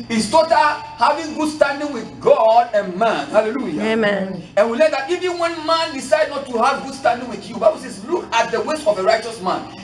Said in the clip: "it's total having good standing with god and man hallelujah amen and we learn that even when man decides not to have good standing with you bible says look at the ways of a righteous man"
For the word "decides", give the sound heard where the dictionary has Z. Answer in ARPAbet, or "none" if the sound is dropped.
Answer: none